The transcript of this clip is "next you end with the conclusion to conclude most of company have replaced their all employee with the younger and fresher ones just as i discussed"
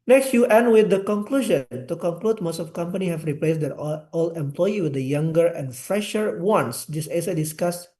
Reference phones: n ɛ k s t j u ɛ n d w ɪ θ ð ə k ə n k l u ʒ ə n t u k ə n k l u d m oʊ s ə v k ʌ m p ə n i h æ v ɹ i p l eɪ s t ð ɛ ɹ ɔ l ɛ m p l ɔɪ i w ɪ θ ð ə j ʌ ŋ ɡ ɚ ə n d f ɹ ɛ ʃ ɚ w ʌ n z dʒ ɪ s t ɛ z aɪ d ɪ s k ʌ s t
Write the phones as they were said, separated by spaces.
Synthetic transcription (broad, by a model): n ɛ k s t j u ɛ n d w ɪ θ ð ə k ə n k l u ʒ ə n t u k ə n k l u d m oʊ s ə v k ʌ m p ə n i h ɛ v ɹ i p l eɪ s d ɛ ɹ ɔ l ɛ m p l ɔɪ i w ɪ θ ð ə j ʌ ŋ ɡ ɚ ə n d f ɹ ɛ ʃ ɚ w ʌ n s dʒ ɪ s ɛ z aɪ d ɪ s k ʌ s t